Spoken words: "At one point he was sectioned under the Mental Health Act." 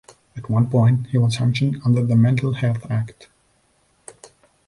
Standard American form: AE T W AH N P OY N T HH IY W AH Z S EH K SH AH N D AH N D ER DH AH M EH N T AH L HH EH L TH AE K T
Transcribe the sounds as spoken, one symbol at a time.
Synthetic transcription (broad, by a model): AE T W AH N P OY N T HH IY W AH Z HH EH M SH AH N AH N D ER DH AH M EH N T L HH EH L TH AE K T